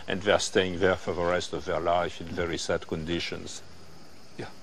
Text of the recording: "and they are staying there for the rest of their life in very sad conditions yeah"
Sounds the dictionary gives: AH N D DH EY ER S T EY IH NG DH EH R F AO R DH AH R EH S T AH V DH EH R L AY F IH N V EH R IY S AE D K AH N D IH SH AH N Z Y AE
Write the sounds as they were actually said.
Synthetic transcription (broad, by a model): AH N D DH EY ER S T EY IH NG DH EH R F AO R DH AH R EH S T AH V DH EH R L AY F IH N V EH R IY S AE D K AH N D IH SH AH N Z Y